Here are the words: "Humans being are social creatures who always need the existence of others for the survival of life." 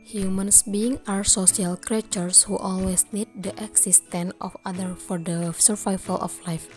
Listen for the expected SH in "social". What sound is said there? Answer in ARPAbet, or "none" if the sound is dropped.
S